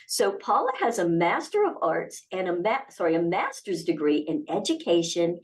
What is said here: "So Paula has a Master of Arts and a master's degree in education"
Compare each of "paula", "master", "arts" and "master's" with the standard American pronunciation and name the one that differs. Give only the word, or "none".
none